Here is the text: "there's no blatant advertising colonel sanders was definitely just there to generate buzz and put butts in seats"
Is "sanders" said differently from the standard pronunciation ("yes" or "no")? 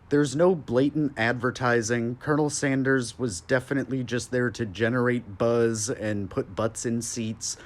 no